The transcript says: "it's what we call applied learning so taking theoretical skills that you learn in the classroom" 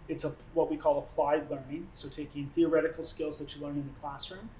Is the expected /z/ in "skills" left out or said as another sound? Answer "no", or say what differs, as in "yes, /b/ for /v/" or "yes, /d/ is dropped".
no